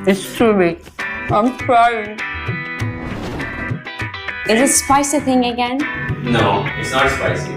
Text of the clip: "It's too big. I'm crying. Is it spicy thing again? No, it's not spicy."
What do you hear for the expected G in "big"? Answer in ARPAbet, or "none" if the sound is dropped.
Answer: none